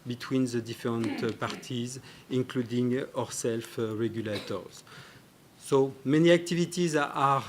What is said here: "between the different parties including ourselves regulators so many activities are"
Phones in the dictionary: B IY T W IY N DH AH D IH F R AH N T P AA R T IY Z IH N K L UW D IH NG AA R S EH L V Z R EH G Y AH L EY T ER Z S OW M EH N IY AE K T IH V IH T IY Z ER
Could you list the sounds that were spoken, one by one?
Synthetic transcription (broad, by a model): B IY T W IY N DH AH D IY F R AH N T P AA R T IY Z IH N K L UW D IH NG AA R S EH L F R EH G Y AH L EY T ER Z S OW M EH N IY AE K T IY V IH T IY Z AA